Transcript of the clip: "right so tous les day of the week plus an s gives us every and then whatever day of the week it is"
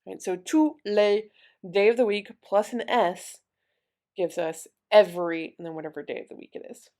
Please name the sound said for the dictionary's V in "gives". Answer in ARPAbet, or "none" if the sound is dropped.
V